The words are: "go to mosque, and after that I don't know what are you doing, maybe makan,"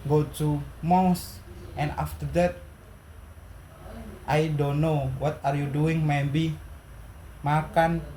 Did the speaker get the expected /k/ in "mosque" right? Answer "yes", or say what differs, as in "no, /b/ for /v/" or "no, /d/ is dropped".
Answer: no, /k/ is dropped